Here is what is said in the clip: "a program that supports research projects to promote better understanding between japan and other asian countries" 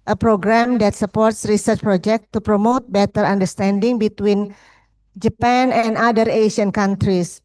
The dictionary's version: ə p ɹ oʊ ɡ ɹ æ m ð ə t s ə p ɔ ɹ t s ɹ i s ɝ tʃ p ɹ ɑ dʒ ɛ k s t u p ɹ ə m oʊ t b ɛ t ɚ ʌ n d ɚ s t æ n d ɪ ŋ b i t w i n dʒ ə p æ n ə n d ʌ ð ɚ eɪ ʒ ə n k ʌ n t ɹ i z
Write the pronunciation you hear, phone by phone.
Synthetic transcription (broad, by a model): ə p ɹ oʊ ɡ ɹ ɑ m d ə t s ə p ɔ ɹ t s ɹ i s ɝ tʃ p ɹ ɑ dʒ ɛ k t u p ɹ ə m oʊ t b ɛ t ɚ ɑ n d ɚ s t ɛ n d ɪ ŋ b i t w i n dʒ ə p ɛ n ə n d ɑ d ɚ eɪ ʃ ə n k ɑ n t ɹ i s